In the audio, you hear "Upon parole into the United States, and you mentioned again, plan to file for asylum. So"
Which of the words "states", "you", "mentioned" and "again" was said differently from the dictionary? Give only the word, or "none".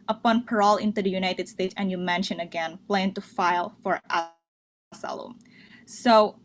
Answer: mentioned